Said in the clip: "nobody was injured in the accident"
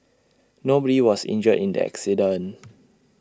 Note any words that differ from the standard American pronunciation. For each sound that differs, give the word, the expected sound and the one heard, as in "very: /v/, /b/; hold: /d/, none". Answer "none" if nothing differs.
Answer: was: /z/, /s/; accident: /t/, none